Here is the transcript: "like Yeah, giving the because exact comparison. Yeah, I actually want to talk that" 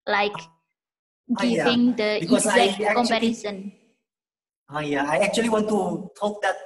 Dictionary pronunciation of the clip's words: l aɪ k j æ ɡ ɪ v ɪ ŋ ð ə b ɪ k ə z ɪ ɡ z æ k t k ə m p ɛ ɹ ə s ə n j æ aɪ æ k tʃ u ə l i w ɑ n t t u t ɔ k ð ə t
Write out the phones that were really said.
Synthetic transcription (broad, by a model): l aɪ k ɡ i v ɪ ŋ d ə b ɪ ə ɪ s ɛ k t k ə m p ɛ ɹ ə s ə n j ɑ aɪ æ k tʃ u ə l i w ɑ n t t u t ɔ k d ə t